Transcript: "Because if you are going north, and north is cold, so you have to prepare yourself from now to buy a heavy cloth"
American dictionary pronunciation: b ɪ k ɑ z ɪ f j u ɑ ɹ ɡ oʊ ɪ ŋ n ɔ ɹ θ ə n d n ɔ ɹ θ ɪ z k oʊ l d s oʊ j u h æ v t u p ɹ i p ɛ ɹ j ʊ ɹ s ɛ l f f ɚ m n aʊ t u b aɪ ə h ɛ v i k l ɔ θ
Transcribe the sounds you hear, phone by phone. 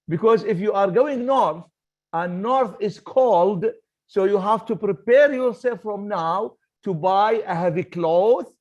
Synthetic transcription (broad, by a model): b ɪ k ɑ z ɪ f j u ɑ ɹ ɡ oʊ ɪ ŋ n ɔ ɹ θ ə n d n ɔ ɹ θ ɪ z k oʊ l d s oʊ j u h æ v t u p ɹ i p ɛ ɹ j ʊ ɹ s ɛ l f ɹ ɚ m n aʊ t u b aɪ ə h ɛ v i k l ɔ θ